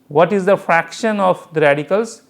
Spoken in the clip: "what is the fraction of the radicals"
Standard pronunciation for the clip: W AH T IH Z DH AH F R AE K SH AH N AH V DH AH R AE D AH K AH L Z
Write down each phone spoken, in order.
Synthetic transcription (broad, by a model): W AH T IH Z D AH F R AE K SH AH N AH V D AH R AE D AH K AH L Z